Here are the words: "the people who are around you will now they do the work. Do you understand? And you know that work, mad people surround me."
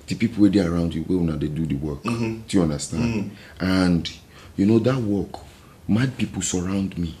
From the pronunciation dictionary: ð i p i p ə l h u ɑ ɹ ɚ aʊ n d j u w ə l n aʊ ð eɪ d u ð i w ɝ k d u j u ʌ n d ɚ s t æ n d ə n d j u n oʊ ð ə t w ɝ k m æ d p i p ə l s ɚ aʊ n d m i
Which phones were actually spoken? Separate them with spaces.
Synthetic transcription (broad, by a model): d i p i p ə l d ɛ ɑ ɹ aʊ n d j u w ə w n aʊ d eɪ d u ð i w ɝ k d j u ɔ n d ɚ s t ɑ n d ə n d j u n oʊ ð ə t w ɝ k m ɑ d p i p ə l s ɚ aʊ n d m i